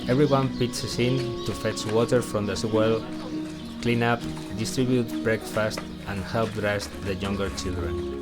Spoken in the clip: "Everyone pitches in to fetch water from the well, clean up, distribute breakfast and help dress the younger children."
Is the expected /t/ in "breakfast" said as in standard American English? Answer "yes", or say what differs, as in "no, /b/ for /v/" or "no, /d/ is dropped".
yes